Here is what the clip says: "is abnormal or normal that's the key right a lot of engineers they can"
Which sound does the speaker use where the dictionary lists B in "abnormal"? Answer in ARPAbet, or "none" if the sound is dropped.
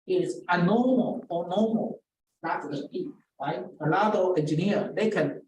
none